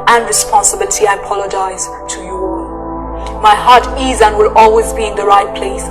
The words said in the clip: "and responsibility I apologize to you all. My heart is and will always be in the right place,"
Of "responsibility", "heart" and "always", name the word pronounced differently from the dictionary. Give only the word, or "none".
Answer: none